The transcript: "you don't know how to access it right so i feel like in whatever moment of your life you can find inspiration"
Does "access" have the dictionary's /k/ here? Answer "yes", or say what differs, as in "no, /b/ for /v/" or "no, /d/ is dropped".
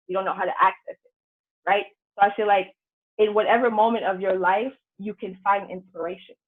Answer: yes